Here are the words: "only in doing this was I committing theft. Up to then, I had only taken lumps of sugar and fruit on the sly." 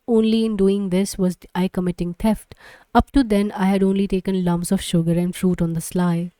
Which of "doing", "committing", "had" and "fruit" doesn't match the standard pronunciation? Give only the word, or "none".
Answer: none